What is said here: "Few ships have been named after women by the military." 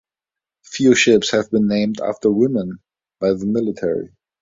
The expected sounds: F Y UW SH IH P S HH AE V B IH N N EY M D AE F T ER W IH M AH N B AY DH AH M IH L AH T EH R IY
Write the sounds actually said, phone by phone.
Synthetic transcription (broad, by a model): F Y UW SH IH P S HH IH V B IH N N EY M D AE F T ER W IH M AH N B AY DH AH M IH L AH T EH R IY